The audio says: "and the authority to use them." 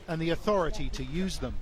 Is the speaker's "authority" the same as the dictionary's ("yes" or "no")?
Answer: yes